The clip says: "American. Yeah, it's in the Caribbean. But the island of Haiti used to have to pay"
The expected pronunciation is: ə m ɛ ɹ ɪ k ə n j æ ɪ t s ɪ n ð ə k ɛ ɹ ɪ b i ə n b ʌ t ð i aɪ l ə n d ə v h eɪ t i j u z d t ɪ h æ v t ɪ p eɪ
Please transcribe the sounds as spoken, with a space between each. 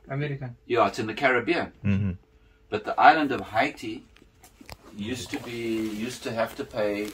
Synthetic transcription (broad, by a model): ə m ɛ ɹ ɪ k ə n j æ ɪ t s ɪ n ð ə k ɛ ɹ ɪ b i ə n b ʌ t ð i aɪ l ə n d ə v h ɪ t i j u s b t ɪ h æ f t ɪ p eɪ